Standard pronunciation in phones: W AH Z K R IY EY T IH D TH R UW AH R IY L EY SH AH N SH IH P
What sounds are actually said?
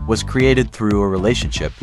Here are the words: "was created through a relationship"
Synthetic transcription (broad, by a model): W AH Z K R IY EY T IH D TH R UW AH R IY L EY SH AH N SH IH P